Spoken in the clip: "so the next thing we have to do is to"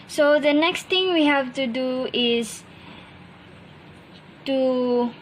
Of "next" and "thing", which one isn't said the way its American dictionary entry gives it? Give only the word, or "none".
thing